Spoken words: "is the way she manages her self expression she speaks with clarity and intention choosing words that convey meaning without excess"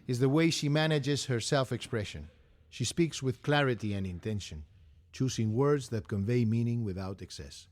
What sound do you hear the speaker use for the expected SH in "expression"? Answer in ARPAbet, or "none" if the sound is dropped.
SH